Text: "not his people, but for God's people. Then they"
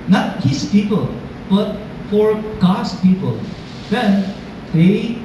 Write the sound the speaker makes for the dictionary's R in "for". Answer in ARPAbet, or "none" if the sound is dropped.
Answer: R